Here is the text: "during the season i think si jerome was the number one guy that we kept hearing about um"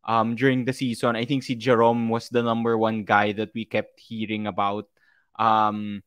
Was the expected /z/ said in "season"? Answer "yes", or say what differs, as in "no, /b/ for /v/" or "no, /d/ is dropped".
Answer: no, /s/ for /z/